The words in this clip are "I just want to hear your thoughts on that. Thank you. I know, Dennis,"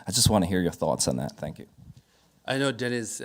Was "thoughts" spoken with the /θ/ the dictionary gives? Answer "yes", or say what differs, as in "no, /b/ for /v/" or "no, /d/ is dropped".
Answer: yes